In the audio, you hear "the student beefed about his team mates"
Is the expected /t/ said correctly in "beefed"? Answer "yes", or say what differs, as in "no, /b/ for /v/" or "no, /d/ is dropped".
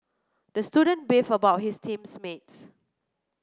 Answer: no, /t/ is dropped